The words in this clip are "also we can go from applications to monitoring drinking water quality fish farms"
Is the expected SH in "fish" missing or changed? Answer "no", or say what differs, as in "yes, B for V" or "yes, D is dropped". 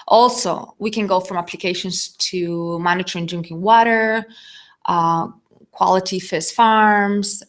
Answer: yes, S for SH